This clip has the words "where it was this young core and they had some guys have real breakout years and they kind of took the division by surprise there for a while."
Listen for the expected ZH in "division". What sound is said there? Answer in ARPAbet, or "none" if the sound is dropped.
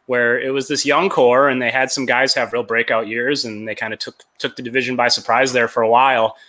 ZH